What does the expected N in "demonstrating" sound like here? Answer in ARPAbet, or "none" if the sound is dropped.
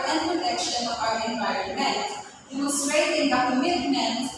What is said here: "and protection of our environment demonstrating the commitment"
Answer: none